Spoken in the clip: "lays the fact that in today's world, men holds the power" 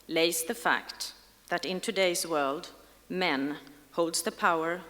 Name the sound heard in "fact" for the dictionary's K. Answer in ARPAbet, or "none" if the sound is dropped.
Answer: K